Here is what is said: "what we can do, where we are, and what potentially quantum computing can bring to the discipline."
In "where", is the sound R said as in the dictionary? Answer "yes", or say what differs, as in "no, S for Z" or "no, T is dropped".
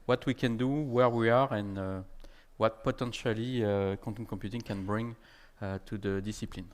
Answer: yes